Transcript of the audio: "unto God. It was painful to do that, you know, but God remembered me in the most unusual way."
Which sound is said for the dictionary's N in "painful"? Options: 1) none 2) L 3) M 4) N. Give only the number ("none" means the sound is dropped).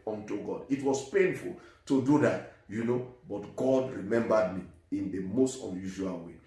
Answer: 4